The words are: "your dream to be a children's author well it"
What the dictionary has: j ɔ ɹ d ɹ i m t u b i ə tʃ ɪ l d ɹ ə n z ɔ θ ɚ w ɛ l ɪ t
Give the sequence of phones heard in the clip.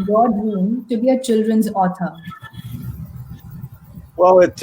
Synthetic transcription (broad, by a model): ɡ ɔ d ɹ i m t u b i ə tʃ ɪ l d ɹ ə n z ɔ t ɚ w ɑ w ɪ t